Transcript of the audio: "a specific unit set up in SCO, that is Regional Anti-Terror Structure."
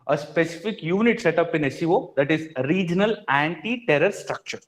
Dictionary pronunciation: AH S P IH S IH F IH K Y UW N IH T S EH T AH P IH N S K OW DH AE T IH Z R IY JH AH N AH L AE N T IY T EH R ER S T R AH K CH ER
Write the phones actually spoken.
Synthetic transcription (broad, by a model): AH S P IH S IH F IH K Y UW N IH T S EH T AH P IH N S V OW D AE T IH Z R IY JH AH N AH L AE N T IY T EH R ER S T R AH K CH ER